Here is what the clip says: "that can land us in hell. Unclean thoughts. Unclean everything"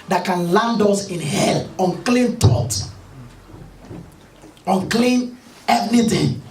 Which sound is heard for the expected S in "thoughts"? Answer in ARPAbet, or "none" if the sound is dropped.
none